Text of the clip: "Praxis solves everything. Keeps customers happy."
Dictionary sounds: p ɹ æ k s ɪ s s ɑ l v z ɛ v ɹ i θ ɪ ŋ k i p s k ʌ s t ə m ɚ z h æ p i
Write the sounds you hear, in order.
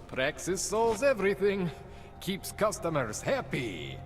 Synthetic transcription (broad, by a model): p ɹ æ k s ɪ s s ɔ l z ɛ v ɹ i θ ɪ ŋ k i p s k ʌ s t ə m ɚ z h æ p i